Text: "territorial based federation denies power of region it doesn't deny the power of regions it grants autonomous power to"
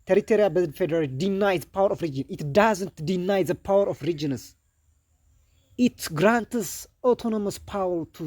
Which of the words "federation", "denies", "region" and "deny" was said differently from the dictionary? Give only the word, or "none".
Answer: federation